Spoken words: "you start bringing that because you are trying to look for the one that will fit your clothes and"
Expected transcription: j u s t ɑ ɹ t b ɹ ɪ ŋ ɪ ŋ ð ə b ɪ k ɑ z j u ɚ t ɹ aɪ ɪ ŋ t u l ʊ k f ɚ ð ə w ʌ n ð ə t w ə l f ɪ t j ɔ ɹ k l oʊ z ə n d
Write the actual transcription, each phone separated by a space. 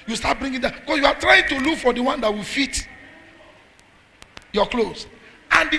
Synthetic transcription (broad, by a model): j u s t ɑ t b ɹ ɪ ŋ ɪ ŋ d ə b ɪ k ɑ s j u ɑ t ɹ aɪ ɪ ŋ t u l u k f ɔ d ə w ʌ n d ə t w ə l f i t j ɔ k l oʊ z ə n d